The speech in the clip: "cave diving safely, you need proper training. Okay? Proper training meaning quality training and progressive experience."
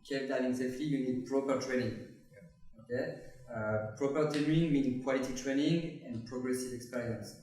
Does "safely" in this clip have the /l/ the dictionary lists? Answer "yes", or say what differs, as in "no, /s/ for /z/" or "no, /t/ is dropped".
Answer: no, /l/ is dropped